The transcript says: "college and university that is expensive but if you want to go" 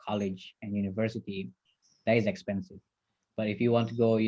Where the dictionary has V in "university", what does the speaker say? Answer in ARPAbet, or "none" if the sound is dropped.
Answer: V